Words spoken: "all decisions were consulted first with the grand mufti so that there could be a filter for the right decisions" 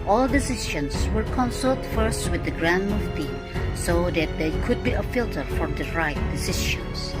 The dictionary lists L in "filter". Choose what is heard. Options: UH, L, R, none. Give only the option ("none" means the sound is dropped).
L